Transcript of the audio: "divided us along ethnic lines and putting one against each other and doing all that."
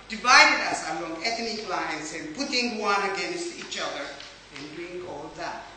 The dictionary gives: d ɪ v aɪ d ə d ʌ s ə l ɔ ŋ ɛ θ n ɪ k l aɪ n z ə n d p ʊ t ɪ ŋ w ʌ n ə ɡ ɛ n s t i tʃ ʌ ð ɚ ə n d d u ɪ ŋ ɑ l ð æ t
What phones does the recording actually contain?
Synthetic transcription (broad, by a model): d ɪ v aɪ d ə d ʌ s ə l ɔ ŋ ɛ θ n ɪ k l aɪ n s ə n p ʊ t ɪ ŋ w ʌ n ə ɡ ɛ n s t i tʃ ʌ ð ɚ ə n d d u ɪ ŋ ɑ l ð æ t